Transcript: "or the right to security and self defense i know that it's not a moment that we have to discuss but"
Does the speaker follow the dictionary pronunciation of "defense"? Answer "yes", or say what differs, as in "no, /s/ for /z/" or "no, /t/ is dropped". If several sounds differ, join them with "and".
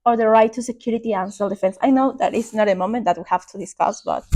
yes